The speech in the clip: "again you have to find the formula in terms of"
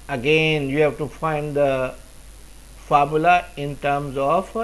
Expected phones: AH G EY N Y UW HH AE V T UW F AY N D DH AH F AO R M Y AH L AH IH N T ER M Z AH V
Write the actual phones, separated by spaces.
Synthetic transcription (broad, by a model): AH G EY N Y UW HH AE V T UW F AY N D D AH F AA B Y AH L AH IH N T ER M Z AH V